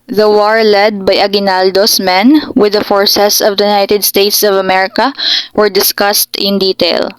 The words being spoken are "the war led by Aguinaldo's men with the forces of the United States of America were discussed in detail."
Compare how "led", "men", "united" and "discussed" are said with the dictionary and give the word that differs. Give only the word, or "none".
none